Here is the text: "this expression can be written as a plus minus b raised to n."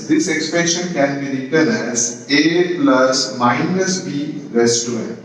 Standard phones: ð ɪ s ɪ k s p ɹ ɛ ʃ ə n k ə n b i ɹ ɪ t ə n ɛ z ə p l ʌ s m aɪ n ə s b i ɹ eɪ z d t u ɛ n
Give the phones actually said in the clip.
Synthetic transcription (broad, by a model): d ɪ s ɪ k s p ɛ ʃ ə n k ə n b i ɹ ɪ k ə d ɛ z ə p l ʌ s m aɪ n ə s b i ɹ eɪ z t u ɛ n